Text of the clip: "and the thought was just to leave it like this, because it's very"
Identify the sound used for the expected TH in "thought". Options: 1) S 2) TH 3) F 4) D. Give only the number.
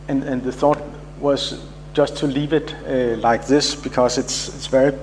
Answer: 2